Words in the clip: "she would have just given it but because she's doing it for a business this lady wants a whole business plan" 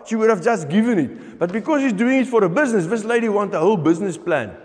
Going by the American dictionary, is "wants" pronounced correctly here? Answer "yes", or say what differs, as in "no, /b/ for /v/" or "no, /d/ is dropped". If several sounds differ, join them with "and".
no, /s/ is dropped